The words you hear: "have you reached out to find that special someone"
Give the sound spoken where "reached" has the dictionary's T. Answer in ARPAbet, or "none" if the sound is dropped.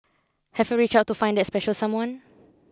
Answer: none